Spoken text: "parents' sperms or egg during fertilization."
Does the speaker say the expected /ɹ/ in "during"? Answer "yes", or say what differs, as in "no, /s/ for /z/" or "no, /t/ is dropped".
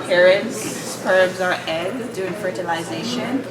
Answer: no, /ɹ/ is dropped